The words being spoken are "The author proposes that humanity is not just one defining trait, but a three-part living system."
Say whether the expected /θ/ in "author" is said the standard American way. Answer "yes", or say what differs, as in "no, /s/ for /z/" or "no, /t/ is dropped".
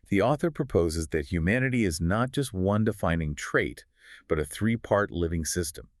yes